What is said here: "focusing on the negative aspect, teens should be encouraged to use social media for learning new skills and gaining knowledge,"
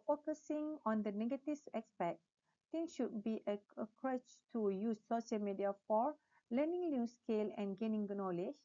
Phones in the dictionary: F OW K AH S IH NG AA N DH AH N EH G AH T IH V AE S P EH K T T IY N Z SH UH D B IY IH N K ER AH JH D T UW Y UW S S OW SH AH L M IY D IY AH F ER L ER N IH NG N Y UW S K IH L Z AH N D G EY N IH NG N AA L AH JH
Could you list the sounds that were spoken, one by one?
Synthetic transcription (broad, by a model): F OW K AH S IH NG AA N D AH N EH G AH T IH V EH S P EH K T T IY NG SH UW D B IY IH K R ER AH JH T UW Y UW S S OW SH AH L M IY D IY AH F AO L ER N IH NG N Y UW S K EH L AH N G EY N IH NG N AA L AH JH